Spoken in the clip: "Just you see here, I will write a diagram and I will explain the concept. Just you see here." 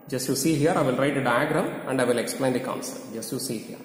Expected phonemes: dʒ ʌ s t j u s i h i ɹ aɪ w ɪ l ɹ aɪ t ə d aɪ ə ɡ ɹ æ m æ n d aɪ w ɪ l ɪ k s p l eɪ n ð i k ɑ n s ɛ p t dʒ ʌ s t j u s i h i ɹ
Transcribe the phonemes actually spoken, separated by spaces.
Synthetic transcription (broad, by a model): dʒ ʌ s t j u s i h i ɹ aɪ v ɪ l ɹ aɪ t ə d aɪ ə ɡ ɹ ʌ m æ n d aɪ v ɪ l ɪ k s p l eɪ n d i k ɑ n s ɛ t dʒ ʌ s t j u s i h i ɹ